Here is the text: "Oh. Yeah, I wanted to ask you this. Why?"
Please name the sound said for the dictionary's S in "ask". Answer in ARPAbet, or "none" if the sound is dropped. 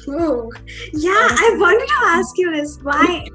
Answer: S